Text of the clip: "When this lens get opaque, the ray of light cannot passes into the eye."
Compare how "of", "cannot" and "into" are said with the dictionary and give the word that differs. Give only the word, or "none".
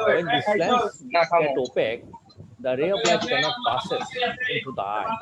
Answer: of